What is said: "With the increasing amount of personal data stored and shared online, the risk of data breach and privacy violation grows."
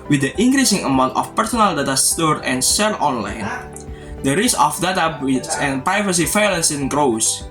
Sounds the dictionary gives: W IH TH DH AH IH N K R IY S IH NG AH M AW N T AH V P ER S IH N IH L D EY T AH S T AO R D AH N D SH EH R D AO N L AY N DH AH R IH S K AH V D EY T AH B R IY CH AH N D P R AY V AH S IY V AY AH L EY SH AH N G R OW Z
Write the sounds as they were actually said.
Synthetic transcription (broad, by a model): W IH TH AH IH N K R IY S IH NG AH M AW N T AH F P ER S IH N IH L D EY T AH S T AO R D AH N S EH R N AO N L AY N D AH R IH S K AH F D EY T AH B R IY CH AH N P R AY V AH S IY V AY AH L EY S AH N G R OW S